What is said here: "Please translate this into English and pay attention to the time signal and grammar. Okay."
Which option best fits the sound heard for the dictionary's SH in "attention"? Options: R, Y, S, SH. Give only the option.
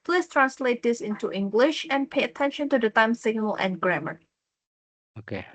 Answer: SH